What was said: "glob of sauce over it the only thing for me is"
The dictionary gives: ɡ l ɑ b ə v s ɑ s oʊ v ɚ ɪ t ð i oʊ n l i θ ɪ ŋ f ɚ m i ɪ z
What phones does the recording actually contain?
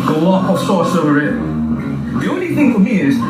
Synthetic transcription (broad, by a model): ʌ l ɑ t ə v s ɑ s oʊ v ɚ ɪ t ð i oʊ n l i θ ɪ ŋ f ɚ m i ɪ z